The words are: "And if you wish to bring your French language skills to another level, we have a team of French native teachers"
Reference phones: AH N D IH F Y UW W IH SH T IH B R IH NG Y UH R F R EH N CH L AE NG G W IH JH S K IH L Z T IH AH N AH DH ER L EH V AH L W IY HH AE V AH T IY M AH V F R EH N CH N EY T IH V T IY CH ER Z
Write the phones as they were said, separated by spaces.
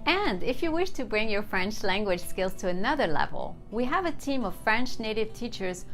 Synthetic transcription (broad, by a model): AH N D IH F Y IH W IH SH T IH B R IH NG Y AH R F R EH N CH L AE NG G W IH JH S K IH L Z T IH AH N AH DH ER L EH V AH L W IY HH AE V AH T IY M AH V F R EH N CH N EY T IH V T IY CH ER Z